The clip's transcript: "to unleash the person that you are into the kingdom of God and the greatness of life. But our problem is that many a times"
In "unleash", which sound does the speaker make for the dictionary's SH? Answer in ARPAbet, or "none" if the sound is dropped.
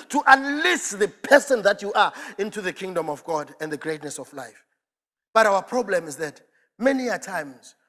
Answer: S